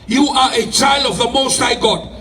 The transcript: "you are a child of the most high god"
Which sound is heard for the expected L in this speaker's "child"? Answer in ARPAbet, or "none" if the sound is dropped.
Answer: L